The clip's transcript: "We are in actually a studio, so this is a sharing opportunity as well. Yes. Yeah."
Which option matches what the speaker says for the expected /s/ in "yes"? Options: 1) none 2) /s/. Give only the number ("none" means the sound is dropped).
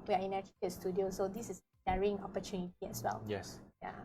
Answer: 2